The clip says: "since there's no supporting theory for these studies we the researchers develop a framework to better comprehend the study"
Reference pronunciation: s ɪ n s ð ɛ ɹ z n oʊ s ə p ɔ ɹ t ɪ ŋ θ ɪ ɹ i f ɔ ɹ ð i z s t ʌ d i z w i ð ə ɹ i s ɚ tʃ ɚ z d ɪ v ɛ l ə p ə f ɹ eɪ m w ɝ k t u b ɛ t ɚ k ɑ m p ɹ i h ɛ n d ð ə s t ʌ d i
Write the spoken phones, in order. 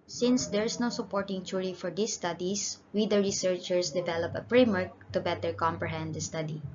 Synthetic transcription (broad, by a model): s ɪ n s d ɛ ɹ s n oʊ s ə p ɔ ɹ t ɪ ŋ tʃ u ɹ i f ɔ ɹ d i s t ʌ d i s w i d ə ɹ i s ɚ tʃ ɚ s d ɪ v ɛ l ə p ə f ɹ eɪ m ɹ k t u b ɛ t ɚ k ɑ m p ɹ i h ɛ n d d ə s t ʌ d i